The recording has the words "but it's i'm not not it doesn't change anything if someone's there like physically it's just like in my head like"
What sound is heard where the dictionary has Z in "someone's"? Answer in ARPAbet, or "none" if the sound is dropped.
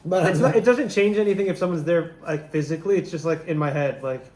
Z